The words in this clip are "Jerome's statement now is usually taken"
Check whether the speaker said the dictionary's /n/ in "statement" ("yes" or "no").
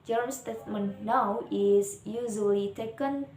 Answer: yes